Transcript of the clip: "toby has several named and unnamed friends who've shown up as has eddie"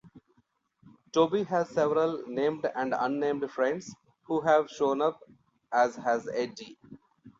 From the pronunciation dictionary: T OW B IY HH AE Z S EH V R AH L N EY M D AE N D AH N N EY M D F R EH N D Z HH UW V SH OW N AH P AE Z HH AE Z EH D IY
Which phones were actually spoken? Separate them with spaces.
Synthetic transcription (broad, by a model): T OW B IY HH AE Z S EH V R AH L N EY M D AE N D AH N N EY M D F R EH N D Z HH UW V SH OW N AH P AE Z HH AE Z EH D IY